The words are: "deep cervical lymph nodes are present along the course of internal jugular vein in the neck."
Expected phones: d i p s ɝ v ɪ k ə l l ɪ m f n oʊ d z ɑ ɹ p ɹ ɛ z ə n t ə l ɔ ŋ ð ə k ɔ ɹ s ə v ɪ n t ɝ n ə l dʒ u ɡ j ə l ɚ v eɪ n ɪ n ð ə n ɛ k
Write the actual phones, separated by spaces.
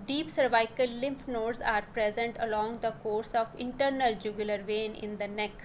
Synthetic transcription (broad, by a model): d i p s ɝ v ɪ k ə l l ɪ m p n oʊ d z ɑ ɹ p ɹ ɛ z ə n t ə l ɔ ŋ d ə k ɔ ɹ s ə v ɪ n t ɝ n ə l dʒ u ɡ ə l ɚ v eɪ n ɪ n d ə n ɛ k